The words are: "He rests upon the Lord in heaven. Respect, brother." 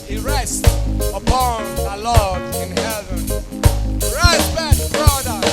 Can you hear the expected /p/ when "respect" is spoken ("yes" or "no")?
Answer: no